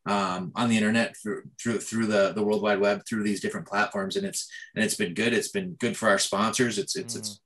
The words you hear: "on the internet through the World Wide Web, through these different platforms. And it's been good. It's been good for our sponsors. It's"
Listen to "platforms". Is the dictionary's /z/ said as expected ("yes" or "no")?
yes